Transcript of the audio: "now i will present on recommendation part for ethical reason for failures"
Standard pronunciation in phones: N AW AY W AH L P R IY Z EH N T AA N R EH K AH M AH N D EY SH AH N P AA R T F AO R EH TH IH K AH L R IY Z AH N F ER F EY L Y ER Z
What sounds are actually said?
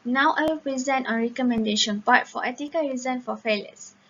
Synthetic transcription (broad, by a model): N AW AY W AH L P R IY Z EH N T AA N R EH K AH M AH N D EY SH AH N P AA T F AO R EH T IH K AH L R IY Z AH N F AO F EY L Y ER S